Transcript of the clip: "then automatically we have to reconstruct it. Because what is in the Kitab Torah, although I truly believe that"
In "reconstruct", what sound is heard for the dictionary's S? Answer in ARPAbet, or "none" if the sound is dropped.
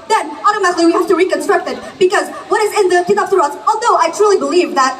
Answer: S